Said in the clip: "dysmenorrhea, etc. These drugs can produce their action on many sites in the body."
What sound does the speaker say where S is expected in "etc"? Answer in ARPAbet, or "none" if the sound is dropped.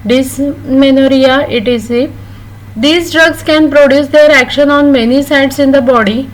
none